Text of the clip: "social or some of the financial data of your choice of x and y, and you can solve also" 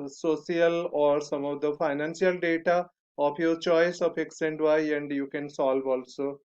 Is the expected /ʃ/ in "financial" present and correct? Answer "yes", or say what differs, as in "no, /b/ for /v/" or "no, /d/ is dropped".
no, /s/ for /ʃ/